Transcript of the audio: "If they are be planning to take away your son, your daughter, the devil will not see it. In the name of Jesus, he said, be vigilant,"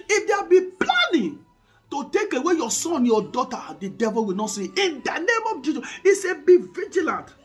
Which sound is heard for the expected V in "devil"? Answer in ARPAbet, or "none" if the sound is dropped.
V